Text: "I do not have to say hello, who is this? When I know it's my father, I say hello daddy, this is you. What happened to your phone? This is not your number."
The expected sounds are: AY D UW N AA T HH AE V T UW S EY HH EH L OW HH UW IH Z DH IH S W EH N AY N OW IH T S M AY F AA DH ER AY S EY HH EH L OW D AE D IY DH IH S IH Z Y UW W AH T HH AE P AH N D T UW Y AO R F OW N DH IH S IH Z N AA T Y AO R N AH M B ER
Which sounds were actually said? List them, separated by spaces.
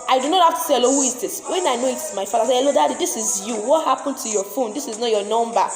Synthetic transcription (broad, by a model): AY D UW N AA T HH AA F T UW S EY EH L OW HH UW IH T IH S W EH N AY N OW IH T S M AY F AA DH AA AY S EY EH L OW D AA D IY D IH S IH Z Y UW W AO T HH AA P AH N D T UW Y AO F OW N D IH S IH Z N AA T Y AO N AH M B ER